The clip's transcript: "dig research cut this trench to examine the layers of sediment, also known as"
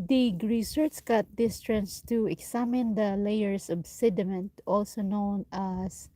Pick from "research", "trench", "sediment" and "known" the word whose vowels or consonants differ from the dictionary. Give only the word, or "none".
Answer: trench